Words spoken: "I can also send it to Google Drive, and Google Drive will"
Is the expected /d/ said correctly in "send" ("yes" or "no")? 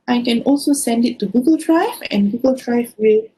yes